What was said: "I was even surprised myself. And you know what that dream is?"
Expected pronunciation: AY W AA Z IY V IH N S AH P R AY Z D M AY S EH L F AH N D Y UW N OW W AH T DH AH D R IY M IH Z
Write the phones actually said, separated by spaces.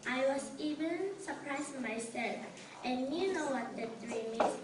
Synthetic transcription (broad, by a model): AY W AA S IY V IH N S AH P R AY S M AY S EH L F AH N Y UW N OW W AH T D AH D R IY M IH